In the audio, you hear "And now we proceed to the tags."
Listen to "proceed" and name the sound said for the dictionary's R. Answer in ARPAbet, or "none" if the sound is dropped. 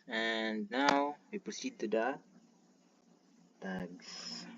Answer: none